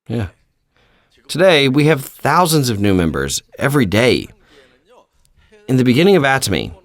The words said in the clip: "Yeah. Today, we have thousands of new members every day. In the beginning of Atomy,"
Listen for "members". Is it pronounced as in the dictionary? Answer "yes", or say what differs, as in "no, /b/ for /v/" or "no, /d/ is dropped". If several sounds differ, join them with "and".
yes